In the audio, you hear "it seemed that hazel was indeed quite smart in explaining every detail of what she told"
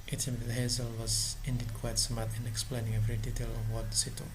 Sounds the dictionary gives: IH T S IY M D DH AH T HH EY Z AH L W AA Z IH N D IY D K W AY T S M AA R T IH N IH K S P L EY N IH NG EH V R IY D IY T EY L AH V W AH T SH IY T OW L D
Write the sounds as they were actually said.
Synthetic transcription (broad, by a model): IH T S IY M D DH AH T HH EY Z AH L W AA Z IH N D IY D K W AY T S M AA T IH N IH K S P L EY N IH NG EH V R IY D IY T EY L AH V W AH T S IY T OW